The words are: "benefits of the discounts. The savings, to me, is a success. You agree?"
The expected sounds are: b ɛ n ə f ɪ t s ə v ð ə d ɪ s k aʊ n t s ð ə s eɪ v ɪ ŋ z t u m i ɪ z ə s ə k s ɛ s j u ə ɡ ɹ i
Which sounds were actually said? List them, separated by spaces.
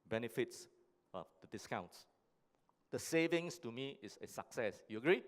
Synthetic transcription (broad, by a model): b ɛ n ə f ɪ t s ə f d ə d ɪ s k aʊ n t s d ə s eɪ v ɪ ŋ s t u m i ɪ s ə s ə k s ɛ s j u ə ɡ ɹ i